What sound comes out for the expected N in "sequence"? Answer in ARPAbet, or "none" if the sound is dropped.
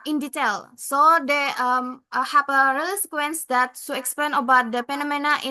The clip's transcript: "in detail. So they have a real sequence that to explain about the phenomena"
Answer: N